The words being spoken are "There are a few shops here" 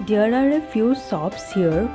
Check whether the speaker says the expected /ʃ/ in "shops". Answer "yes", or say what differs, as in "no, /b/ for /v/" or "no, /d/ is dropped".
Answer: no, /s/ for /ʃ/